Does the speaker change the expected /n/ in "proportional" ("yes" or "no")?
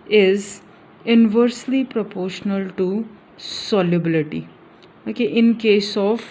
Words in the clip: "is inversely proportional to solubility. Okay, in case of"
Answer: no